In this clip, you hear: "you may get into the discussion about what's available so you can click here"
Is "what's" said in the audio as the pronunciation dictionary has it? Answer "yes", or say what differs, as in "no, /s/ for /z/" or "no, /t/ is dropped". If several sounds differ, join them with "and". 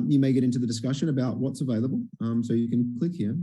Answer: yes